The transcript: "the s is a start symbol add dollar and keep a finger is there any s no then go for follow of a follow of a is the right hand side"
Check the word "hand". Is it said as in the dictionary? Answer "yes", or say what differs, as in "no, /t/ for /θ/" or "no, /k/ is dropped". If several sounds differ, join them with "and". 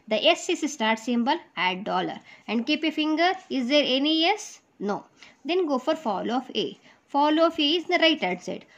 no, /n/ is dropped